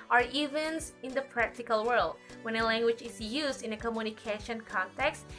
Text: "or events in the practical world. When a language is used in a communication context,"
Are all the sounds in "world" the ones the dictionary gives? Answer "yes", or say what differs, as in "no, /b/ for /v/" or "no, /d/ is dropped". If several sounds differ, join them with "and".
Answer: yes